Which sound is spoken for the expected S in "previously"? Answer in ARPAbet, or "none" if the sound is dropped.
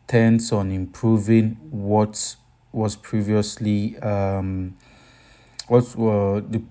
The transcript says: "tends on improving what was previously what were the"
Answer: S